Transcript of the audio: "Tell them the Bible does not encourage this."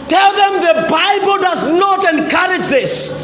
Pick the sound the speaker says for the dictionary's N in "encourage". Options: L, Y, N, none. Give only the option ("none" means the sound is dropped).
N